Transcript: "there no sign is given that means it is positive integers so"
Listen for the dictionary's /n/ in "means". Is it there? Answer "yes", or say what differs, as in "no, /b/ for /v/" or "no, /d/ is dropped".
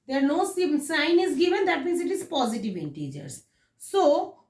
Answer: no, /n/ is dropped